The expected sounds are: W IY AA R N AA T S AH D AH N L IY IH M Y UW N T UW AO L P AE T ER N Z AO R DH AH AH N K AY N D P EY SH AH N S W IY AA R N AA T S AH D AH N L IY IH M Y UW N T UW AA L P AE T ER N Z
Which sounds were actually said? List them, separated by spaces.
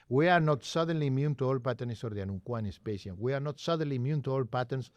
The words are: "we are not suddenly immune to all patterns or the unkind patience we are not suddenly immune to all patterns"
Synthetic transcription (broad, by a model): W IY AA R N AA T S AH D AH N L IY M Y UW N T UW AO L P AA T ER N S AO R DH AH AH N K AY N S P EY S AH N W IY AA R N AA T S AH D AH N L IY M Y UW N T UW AA L P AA T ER N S